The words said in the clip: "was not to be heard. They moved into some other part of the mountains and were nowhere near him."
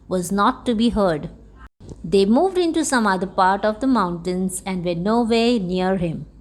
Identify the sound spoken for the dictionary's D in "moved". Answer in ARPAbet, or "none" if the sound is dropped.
D